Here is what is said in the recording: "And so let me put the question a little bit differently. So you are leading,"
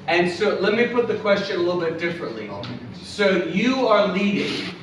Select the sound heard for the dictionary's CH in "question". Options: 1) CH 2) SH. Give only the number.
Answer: 1